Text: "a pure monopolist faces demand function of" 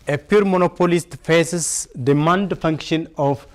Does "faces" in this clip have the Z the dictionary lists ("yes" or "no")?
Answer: no